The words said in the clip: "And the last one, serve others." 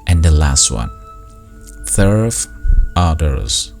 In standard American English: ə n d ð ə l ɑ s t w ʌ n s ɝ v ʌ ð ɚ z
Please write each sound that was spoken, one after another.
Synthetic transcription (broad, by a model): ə n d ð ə l ɑ s t w ʌ n θ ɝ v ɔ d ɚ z